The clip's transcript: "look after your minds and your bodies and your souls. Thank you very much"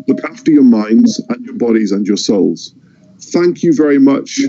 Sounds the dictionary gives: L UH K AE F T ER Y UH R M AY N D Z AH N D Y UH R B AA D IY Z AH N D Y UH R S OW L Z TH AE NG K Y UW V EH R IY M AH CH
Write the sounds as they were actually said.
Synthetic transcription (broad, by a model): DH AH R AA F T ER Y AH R M AY N D Z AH N Y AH R B AA D IY Z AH N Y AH R S OW L Z TH AE NG K Y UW V EH R IY M AH CH